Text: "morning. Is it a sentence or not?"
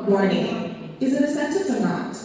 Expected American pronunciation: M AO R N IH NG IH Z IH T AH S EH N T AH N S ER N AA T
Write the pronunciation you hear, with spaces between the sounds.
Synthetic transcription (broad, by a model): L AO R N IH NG IH Z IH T AH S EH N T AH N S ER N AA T